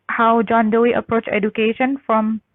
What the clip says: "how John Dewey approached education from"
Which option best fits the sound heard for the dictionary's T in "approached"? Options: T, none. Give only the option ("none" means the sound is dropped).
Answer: none